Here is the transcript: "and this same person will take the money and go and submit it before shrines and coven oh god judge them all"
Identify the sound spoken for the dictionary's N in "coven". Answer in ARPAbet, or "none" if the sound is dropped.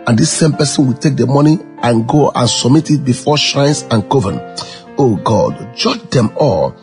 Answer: N